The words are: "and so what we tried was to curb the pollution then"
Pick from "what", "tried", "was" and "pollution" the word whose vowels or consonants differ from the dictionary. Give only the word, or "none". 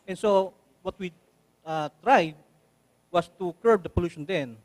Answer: was